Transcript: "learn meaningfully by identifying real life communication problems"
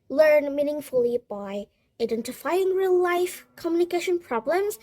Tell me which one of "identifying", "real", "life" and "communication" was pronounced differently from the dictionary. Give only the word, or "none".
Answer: none